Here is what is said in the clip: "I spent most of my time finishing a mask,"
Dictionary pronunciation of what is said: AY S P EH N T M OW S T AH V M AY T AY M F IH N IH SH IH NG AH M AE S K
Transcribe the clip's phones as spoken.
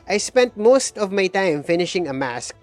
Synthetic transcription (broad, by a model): AY S P EH N T M OW S T AH V M AY T AY M F IH N IH SH IH NG AH M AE S K